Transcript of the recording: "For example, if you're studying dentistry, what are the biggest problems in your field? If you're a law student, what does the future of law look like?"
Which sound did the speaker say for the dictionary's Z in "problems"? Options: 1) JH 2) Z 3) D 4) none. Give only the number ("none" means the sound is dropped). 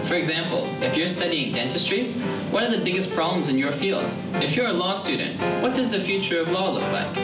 2